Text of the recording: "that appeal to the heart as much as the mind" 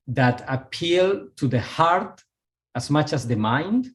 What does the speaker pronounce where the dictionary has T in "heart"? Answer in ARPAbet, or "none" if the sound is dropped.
T